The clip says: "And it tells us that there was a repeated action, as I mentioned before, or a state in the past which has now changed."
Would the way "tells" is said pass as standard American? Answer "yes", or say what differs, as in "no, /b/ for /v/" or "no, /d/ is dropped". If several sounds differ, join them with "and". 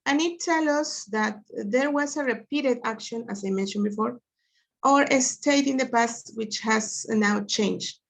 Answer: no, /z/ is dropped